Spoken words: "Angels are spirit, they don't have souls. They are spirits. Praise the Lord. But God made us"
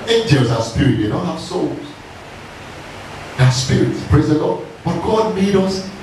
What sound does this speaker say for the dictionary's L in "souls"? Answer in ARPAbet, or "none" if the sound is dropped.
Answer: L